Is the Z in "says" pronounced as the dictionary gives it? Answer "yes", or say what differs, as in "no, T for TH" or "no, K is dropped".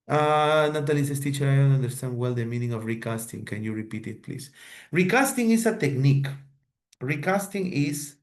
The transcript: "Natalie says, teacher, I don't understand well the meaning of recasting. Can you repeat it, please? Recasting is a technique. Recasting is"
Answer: no, S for Z